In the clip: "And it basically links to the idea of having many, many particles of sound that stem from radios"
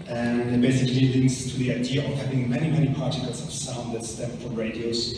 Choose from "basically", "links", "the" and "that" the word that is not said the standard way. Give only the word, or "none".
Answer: none